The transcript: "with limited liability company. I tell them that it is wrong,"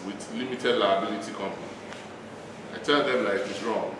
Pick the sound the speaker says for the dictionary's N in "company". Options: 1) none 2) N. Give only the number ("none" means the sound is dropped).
1